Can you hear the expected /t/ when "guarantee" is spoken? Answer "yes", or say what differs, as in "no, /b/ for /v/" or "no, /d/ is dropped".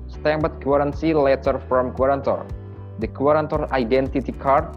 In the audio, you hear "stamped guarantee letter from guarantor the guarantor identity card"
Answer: no, /s/ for /t/